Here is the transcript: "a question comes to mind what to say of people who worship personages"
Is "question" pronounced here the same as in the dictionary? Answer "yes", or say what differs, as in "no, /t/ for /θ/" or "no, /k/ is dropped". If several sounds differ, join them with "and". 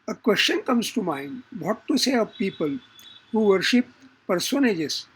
no, /ʃ/ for /s/